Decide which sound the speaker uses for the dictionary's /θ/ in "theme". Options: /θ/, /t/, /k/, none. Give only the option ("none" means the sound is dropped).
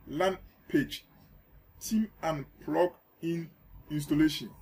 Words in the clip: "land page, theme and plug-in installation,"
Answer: /t/